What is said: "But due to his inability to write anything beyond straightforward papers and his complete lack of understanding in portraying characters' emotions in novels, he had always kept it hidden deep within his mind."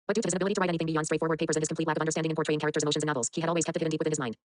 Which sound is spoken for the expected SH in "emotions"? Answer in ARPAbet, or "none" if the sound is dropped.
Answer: none